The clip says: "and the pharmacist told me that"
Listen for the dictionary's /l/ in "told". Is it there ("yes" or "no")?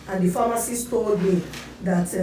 no